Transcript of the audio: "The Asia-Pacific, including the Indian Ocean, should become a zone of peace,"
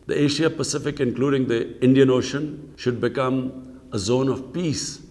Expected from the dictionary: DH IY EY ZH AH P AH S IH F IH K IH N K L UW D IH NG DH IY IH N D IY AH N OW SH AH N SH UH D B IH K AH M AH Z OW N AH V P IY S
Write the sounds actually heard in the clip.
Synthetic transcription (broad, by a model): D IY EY SH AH P AH S IH F IH K IH N K L UW D IH NG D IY IH N D IY AH N OW SH AH N SH UH D B IH K AH M AH Z OW N AH V P IY S